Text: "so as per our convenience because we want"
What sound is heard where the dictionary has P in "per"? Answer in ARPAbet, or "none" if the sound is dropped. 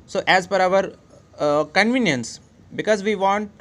F